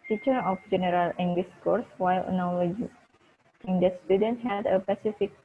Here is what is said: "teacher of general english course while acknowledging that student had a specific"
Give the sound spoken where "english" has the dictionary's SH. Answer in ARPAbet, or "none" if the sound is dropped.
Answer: S